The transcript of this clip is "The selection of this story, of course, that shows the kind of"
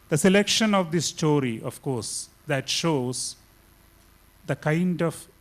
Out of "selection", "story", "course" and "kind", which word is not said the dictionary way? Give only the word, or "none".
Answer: none